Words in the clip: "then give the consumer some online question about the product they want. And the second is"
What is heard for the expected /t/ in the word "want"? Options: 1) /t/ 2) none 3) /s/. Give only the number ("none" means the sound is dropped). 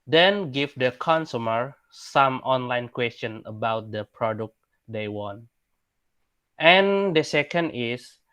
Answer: 1